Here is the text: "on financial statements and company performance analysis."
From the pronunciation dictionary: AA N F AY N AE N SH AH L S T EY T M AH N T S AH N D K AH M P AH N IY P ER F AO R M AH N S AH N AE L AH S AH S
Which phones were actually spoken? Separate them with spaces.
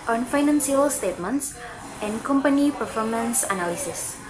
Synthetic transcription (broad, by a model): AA N F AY N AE N S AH L S T EY T M AH N T S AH N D K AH M P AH N IY P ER F AO M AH N S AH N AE L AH S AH S